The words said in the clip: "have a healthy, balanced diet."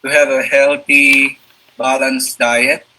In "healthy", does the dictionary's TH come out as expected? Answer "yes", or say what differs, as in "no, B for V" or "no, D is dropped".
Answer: no, T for TH